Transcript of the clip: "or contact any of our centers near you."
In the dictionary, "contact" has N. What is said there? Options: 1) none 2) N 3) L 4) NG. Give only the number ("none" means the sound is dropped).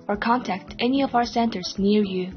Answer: 2